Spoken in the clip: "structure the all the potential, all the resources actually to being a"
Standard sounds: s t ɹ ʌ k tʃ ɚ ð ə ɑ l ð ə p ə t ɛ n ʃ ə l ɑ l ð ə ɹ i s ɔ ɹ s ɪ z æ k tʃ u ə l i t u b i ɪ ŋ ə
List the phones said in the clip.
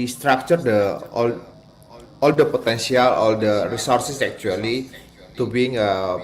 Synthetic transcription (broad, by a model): s t ɹ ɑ k tʃ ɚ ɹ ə ɑ l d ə p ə t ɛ n s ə l ɑ l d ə ɹ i s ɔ ɹ s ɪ s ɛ k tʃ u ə l i t u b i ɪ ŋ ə